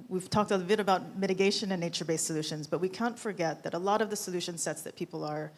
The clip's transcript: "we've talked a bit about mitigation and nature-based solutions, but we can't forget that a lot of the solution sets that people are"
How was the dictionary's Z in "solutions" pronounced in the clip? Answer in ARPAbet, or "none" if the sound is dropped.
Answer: Z